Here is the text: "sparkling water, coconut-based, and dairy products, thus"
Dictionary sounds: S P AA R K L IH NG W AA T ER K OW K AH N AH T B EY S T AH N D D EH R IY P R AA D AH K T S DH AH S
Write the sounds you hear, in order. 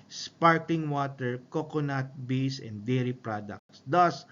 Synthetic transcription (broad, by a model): S P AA R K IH NG W AA T ER K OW K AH N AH T B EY S AH N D D EH R IY P R AA D AH K T S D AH S